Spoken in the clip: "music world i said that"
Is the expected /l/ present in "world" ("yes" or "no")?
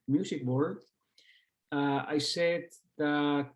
no